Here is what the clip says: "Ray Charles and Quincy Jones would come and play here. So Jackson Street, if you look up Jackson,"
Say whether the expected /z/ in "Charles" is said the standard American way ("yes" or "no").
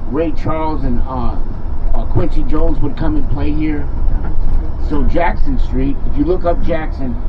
yes